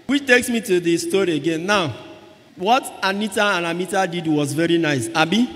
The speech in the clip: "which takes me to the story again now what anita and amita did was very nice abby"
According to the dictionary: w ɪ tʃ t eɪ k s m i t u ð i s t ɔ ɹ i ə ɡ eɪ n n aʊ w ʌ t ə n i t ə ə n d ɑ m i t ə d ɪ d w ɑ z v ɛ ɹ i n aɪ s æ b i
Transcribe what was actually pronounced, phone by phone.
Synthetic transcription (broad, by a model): w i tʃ t eɪ k s m i t u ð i s t ɔ ɹ i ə ɡ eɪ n n aʊ w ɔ t ə n i t ə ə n ɑ m i t ə d ɪ d w ɑ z v ɛ ɹ i n aɪ s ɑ b i